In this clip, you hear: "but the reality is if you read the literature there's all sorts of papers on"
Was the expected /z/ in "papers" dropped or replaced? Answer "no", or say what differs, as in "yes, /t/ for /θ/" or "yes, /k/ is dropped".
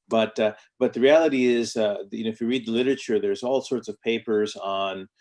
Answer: no